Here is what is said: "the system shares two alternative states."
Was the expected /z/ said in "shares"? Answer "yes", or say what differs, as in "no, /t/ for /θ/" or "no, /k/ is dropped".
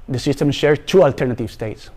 no, /z/ is dropped